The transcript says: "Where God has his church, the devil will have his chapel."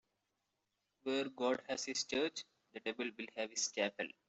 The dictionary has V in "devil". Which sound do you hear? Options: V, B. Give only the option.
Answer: B